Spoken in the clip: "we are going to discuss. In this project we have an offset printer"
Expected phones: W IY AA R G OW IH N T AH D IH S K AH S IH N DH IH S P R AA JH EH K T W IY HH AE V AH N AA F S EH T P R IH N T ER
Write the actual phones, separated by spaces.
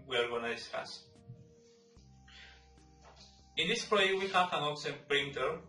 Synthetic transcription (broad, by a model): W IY AA R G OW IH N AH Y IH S AH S IH N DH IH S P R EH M W IY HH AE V AH N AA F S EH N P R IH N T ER